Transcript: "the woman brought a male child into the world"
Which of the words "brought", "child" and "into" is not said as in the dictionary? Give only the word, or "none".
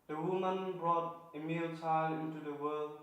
none